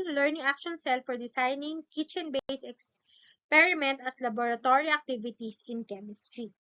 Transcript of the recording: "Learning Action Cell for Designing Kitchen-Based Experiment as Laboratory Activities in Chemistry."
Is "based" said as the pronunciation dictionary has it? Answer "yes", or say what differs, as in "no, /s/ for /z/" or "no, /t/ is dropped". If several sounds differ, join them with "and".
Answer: no, /t/ is dropped